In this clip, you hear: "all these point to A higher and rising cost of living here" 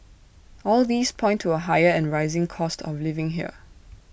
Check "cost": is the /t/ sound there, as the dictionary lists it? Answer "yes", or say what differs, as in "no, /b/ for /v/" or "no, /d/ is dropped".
yes